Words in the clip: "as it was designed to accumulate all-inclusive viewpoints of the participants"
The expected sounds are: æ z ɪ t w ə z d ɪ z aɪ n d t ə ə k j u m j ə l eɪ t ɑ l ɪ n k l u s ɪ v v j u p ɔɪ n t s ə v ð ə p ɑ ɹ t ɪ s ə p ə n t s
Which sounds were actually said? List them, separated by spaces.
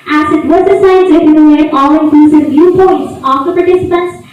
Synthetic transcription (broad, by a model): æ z ɪ t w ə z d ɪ s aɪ d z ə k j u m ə n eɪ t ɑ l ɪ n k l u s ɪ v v j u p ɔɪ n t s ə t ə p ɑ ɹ t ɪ s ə p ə n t s